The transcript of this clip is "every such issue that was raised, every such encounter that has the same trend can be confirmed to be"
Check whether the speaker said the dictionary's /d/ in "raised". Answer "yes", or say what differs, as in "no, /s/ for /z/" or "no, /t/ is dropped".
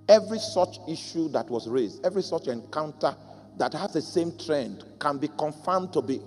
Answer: yes